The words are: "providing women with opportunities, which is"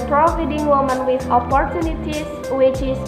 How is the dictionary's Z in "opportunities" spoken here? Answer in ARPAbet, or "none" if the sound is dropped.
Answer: S